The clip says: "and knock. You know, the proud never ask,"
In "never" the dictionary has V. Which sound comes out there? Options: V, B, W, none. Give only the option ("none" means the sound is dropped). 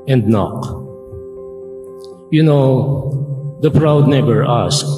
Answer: B